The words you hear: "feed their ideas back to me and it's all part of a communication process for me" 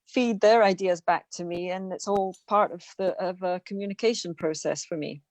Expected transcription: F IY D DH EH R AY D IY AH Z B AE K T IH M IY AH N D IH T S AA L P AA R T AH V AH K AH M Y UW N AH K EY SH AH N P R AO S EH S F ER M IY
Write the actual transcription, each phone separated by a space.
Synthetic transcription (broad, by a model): F IY D DH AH R AY D IY AH Z B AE K T IH M IY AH N IH T S AA L P AA R T AH V AH K AH M Y UW N AH K EY SH AH N P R AO S EH S F ER M IY